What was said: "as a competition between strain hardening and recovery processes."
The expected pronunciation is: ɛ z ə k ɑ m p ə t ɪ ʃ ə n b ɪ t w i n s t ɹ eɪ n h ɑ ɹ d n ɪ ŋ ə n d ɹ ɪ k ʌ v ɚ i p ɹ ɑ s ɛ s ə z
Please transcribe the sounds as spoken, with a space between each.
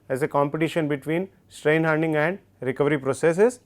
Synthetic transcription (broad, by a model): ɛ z ə k ɑ m p ə t ɪ ʃ ə n b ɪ t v i n s t ɹ eɪ n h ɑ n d ɪ ŋ ə n d ɹ ɪ k ʌ v ɚ i p ɹ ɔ s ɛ s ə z